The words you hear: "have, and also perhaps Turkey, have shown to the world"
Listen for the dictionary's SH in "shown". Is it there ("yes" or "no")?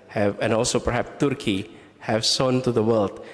no